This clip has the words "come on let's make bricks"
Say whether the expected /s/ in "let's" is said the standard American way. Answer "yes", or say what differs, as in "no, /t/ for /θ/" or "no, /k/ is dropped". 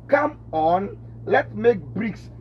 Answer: no, /s/ is dropped